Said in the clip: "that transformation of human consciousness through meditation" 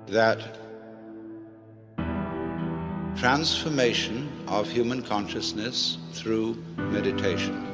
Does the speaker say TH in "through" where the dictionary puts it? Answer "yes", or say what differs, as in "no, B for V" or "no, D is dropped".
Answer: yes